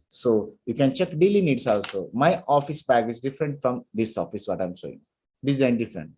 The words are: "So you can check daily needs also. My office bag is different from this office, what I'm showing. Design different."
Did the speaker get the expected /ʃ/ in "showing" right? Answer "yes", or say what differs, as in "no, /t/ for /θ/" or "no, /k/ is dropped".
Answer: no, /s/ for /ʃ/